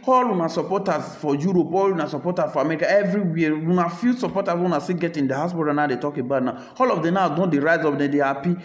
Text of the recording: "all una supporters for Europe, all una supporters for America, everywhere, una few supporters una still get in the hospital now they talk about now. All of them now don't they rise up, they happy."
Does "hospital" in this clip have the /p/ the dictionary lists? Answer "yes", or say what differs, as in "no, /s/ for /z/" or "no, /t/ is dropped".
no, /b/ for /p/